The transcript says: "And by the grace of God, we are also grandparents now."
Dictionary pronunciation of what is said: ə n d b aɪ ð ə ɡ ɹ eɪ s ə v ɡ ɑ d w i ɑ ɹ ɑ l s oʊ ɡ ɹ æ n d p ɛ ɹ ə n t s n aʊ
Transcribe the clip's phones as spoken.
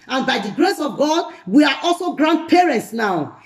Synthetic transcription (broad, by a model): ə n b aɪ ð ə ɡ ɹ eɪ s ə v ɡ ɑ d w i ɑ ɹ ɑ l s oʊ ɡ ɹ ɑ n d p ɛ ɹ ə n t s n aʊ